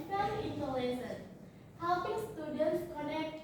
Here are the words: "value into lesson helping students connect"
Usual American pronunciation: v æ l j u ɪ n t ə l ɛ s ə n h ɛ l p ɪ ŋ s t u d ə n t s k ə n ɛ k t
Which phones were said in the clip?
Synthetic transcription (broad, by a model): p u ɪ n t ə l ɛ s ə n h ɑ w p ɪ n s t u d ə n t s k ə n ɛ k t